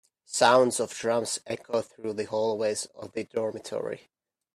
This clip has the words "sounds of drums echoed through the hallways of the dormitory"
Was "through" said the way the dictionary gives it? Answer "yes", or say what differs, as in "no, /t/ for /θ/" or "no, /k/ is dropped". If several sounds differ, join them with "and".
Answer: yes